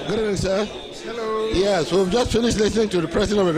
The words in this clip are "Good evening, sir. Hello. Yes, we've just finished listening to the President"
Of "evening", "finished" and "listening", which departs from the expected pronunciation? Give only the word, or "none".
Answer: evening